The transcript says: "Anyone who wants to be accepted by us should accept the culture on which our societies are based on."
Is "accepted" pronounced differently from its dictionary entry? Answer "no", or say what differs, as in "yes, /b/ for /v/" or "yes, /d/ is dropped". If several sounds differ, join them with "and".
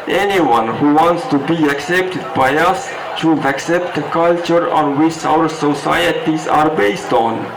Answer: no